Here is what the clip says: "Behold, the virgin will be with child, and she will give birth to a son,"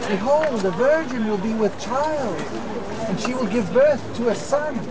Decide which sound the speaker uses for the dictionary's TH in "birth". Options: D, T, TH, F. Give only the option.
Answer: TH